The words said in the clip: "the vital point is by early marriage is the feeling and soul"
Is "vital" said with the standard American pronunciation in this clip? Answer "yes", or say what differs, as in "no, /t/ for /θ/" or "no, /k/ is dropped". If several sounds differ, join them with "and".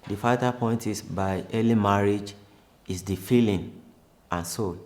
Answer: no, /f/ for /v/